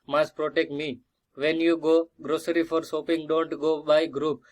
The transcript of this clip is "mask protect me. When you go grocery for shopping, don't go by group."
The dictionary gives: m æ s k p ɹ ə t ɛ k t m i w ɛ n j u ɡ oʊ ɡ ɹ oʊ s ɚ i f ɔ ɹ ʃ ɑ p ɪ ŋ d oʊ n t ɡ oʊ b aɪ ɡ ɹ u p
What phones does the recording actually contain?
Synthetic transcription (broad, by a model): m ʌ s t p ɹ ə t ɛ k t m i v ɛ n j u ɡ oʊ ɡ ɹ oʊ s ɚ i f ɔ ɹ s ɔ p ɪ ŋ d oʊ n t ɡ oʊ b aɪ ɡ ɹ u p